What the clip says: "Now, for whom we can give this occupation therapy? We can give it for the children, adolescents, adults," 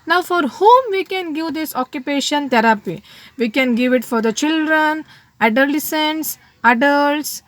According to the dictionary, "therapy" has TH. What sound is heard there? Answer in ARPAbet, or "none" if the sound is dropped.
T